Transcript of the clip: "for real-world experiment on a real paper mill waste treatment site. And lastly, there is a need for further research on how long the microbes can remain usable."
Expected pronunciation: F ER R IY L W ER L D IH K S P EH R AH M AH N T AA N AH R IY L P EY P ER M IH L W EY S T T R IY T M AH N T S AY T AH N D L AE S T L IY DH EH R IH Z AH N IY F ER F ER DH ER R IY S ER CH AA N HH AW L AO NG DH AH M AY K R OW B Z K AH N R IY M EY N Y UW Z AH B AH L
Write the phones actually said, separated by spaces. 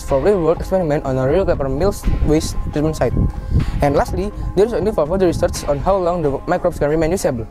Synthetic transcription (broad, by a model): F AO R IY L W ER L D IH K S P EH R AH M AH N T AA N AH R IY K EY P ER M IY L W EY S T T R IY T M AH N S AY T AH N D L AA S T L IY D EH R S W AH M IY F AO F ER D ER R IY S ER S AA N HH AW L AO NG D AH M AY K R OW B S K AH N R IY M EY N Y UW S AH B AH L